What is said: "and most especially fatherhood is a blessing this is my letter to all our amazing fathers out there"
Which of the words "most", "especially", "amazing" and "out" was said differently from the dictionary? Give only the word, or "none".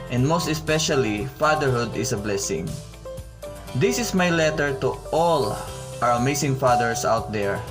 amazing